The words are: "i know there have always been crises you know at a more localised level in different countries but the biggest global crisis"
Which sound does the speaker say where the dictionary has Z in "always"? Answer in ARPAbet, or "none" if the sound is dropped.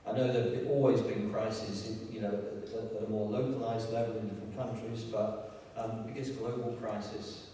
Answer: Z